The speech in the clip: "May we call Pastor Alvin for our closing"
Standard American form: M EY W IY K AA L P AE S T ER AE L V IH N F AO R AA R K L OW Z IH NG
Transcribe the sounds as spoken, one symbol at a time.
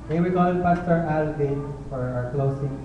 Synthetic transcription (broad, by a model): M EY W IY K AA N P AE S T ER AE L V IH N F AO R AA R K L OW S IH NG